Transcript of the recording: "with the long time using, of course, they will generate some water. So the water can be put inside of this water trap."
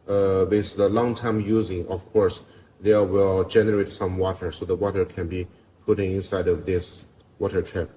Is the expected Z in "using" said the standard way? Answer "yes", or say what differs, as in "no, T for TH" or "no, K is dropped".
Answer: yes